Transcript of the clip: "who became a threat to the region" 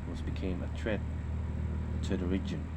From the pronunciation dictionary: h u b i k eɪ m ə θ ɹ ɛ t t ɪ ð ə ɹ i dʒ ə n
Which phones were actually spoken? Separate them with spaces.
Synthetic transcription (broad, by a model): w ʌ b i k eɪ m ə t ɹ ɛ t t ɪ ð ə ɹ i dʒ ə n